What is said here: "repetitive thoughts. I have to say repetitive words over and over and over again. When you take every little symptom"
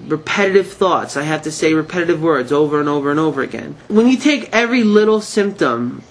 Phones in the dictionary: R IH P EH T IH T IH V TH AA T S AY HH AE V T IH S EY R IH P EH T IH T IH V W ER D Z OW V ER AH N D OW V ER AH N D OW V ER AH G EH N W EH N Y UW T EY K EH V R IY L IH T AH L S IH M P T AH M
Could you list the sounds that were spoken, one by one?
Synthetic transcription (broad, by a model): R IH P EH T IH T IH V TH AA T S AY HH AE F T IH S EY R IH P EH T IH T IH V W ER D Z OW V ER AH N OW V ER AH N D OW V ER AH G EH N W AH N Y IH T EY K EH V R IY L IH T L S IH M P T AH M